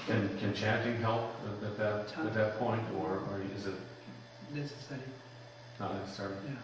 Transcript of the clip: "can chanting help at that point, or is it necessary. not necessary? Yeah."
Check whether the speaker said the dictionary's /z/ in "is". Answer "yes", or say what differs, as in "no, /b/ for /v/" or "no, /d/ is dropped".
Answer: yes